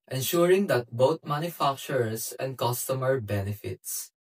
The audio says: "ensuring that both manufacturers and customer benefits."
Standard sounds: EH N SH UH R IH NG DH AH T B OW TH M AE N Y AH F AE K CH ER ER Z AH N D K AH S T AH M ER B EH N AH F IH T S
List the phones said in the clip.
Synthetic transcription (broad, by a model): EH N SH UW R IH NG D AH T B OW T M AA N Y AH F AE K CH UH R S AH N D K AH S T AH M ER B EH N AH F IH T S